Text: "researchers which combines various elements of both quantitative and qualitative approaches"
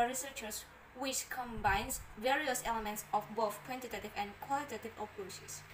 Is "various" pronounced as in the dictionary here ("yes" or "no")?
yes